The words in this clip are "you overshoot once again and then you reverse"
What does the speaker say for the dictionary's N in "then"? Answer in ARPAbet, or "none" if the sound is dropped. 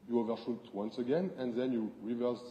N